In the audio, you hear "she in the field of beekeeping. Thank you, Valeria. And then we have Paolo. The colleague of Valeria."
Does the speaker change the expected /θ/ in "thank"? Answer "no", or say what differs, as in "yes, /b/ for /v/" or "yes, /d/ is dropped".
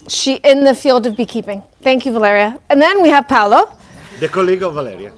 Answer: no